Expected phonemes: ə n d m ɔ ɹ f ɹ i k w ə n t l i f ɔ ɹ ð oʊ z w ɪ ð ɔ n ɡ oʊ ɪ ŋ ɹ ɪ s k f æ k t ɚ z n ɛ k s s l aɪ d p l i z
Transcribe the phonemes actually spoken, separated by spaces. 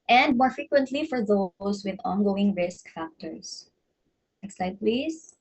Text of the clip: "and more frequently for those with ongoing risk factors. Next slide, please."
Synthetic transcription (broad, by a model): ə n d m ɔ ɹ f ɹ i k w ə n t l i f ɔ ɹ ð oʊ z w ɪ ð ɔ n ɡ oʊ ɪ ŋ ɹ ɪ s k f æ k t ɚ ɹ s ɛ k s s aɪ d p l i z